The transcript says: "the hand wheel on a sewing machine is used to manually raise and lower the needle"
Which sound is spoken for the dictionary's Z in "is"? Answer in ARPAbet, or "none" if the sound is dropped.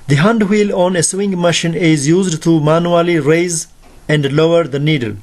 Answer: Z